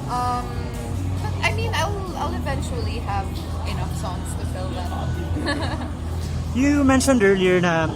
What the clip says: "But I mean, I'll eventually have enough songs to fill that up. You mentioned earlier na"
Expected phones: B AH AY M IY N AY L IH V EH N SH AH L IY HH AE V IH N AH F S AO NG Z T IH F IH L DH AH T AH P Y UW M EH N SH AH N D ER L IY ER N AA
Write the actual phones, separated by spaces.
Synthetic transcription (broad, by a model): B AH AY M IY N AY L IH V EH N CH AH L IY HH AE V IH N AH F S AO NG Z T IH F IH L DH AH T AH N Y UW M EH N SH AH N D ER L IY ER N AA